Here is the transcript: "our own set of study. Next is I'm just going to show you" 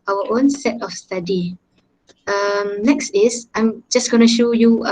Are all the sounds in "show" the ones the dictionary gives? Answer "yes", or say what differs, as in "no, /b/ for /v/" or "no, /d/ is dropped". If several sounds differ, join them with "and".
yes